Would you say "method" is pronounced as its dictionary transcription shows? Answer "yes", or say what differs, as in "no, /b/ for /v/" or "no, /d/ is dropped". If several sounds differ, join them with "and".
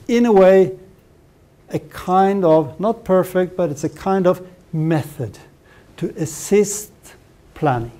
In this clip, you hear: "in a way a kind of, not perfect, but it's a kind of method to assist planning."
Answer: yes